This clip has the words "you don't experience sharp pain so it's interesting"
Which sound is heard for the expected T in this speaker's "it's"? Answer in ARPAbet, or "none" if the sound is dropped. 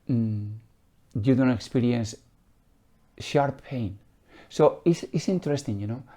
S